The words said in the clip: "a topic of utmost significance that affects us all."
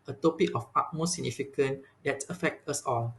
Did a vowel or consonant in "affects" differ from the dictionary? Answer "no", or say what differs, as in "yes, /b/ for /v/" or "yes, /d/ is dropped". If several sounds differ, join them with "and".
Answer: yes, /s/ is dropped